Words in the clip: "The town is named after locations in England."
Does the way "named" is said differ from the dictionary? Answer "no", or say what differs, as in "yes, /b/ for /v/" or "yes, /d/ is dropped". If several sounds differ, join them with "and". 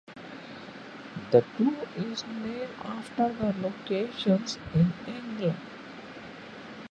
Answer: yes, /d/ is dropped